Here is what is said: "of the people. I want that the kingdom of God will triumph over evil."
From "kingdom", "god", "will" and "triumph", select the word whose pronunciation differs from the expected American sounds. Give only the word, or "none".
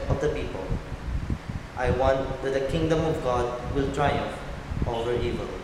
triumph